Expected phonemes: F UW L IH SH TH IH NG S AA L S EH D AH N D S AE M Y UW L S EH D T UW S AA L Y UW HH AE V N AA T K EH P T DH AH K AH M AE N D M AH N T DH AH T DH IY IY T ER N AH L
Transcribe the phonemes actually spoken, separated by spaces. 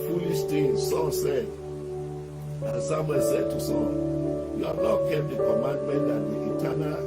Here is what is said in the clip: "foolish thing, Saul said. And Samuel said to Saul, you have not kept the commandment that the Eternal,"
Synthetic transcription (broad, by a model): F UW L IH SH T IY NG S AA S EH D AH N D S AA M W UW S EH D T UW S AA Y UW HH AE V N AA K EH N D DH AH K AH M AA N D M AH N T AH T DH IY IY T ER N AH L